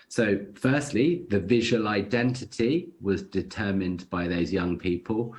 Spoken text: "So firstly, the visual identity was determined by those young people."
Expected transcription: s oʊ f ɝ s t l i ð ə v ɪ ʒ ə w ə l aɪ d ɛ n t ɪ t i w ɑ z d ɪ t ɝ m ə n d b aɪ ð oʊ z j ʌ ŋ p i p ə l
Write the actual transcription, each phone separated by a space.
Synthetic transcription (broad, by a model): s oʊ f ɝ s t l i ð ə v ɪ ʒ ə w ə l aɪ d ɛ n t ɪ t i w ɑ z d ɪ t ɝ m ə n b aɪ ð oʊ z j ʌ ŋ p i p ə l